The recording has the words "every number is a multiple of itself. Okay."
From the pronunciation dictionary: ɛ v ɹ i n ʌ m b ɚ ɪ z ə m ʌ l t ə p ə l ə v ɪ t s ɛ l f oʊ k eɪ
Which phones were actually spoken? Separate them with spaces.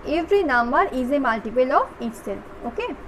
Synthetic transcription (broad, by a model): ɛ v ɹ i n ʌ m b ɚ ɪ z ə m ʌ l t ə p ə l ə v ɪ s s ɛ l oʊ k eɪ